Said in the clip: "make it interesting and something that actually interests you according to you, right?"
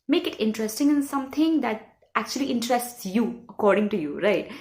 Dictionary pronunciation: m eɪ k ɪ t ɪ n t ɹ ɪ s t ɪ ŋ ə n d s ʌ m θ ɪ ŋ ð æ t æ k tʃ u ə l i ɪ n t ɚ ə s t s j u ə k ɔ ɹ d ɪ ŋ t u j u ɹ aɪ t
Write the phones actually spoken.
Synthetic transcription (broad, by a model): m eɪ k ɪ t ɪ n t ɹ ɪ s t ɪ ŋ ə n s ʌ m t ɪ ŋ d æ t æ k tʃ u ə l i ɪ n t ɚ ə s t s j u ə k ɔ ɹ d ɪ ŋ t u j u ɹ aɪ t